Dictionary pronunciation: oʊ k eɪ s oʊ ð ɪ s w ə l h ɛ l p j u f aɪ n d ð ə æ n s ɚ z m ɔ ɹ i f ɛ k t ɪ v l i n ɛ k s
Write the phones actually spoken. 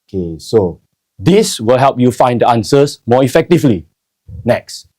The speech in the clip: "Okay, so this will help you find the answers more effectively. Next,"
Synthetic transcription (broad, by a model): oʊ k eɪ s oʊ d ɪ s w ə l h ɛ l p j u f aɪ n d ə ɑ n s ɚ s m ɔ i f ɛ k t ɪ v l i n ɛ k s